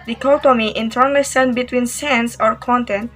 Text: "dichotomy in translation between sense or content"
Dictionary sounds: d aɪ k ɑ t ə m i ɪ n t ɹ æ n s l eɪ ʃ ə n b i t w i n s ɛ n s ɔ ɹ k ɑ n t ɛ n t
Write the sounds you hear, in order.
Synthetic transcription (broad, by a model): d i k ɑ t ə m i ɪ n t æ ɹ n l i s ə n b i t w i n s ɛ n s ɔ ɹ k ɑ n t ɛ n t